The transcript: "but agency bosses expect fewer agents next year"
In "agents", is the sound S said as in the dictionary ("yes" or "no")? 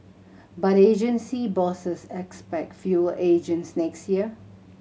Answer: yes